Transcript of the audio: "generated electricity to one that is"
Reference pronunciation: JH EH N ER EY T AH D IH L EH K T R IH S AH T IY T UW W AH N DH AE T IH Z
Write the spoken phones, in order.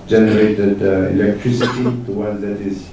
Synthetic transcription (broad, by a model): JH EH N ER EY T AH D IH L EH K T R IH S AH T IY T UW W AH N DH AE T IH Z